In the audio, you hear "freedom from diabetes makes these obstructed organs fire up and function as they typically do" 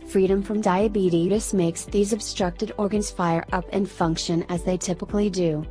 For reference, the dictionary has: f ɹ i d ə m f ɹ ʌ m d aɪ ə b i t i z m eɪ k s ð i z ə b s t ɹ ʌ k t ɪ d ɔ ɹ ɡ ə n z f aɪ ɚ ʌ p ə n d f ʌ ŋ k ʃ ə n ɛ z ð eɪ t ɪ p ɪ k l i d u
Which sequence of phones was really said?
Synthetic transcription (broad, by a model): f ɹ i d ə m f ɹ ʌ m d aɪ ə b i t i s m eɪ k s ð i z ə b s t ɹ ʌ k t ɪ d ɔ ɹ ɡ ə n z f aɪ ɚ ʌ p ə n f ʌ ŋ k ʃ ə n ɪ z ð eɪ t ɪ p ɪ k l i d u